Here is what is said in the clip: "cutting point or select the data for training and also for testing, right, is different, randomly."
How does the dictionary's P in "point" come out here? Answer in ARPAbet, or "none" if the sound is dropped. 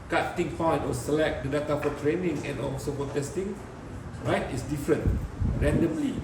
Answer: F